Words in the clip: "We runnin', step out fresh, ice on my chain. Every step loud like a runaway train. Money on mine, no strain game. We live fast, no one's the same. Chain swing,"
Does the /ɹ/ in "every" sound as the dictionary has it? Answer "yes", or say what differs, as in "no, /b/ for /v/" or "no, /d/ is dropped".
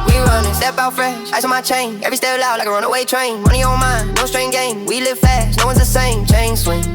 yes